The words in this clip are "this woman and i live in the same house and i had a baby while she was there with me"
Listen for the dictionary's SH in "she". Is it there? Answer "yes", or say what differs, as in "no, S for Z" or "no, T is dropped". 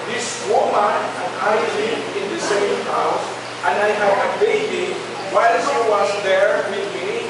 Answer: no, S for SH